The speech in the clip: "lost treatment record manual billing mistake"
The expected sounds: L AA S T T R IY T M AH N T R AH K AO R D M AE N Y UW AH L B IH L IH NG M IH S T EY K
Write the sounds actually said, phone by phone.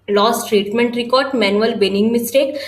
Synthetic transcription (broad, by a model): L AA S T T R IY T M AH N T R AH K AO R D M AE N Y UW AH L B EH N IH NG M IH S T EY K